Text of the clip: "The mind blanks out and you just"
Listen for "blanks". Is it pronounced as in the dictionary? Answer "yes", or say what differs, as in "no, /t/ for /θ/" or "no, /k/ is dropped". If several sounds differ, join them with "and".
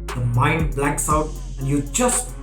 no, /ŋ/ is dropped